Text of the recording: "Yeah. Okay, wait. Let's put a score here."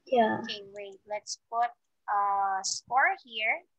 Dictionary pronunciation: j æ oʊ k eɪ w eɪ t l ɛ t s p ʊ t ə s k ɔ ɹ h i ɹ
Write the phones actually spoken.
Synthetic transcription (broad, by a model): j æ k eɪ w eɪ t l ɛ t s p ʊ t ə s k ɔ ɹ h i ɹ